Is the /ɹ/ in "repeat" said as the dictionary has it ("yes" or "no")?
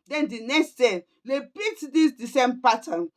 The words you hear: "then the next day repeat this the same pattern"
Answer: no